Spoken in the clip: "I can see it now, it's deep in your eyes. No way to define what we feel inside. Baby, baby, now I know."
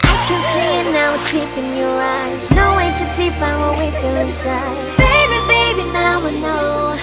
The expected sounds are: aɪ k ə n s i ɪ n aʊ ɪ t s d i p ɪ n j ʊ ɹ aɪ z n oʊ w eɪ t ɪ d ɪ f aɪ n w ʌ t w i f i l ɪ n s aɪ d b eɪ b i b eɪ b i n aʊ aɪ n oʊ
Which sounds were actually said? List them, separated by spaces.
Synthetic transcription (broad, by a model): aɪ k ə n s i ɪ n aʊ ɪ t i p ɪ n j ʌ ɹ aɪ z n oʊ w eɪ t ɪ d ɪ p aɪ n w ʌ w i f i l ɪ n s aɪ d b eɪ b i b eɪ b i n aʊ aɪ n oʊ